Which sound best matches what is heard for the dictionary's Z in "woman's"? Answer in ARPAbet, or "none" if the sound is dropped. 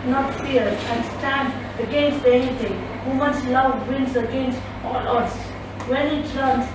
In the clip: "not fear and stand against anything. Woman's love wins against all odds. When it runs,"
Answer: S